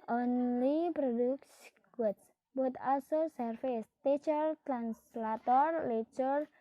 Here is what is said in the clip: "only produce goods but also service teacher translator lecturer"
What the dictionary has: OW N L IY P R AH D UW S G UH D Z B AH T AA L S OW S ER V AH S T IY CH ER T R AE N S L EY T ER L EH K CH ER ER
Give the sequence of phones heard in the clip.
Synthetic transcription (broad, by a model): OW N L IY P R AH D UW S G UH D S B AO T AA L S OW S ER F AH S T IY CH ER T R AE N S L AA T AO L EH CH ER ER